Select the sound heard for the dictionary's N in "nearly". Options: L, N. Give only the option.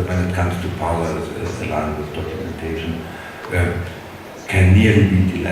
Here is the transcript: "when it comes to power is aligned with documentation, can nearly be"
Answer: L